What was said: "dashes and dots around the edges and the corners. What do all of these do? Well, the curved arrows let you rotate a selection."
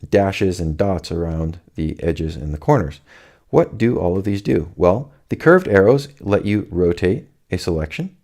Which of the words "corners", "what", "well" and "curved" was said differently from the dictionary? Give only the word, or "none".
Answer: none